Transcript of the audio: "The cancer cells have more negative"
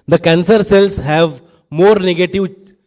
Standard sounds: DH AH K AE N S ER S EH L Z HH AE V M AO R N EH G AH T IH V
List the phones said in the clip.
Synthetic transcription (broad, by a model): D AH K AE N S ER S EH L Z HH AE V M AO R N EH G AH T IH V